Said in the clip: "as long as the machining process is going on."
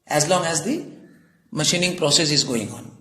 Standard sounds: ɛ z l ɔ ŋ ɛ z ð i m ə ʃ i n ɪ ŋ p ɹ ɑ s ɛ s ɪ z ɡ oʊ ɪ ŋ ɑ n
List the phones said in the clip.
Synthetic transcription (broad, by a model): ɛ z l ɔ ŋ ɛ z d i m ə ʃ i n ɪ ŋ p ɹ ɑ s ɛ s ɪ z ɡ oʊ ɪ ŋ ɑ n